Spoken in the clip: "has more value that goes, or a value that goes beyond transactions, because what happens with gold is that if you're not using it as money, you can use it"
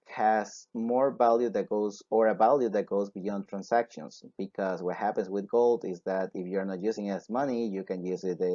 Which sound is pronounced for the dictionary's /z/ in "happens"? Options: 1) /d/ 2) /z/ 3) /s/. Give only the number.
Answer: 3